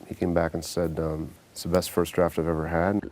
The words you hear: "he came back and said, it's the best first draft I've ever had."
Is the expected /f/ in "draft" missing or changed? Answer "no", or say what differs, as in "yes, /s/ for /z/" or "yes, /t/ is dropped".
no